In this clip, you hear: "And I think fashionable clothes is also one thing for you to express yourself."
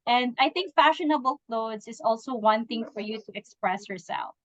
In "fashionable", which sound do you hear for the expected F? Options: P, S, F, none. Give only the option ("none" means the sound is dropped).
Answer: F